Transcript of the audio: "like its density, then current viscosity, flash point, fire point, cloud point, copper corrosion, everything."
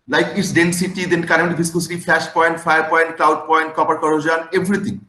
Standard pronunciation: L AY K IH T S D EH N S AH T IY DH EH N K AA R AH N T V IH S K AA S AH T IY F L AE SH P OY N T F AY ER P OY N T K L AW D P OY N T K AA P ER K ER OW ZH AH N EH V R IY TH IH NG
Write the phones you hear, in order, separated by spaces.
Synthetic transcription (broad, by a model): L AY K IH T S D EH N S AH T IY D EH N K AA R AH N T B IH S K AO S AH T IY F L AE SH P OY N T F AY ER P OY N T K L AW D P OY N T K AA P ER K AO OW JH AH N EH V R IY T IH NG